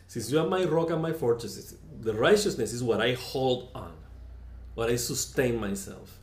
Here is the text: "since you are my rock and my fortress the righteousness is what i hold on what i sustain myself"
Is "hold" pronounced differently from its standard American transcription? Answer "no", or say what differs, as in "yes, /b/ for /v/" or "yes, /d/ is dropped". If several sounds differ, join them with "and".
no